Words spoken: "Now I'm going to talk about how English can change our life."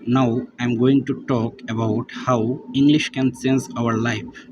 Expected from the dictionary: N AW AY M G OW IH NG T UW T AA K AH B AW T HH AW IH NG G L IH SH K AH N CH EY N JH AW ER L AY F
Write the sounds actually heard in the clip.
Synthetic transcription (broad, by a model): N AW AY M G OW IH NG T UW T AA K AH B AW T HH AW IH NG G L IH SH K AH N S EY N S AW ER L AY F